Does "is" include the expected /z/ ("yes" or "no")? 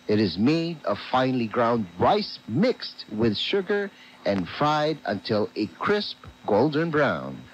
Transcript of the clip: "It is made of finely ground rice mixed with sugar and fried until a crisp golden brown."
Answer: yes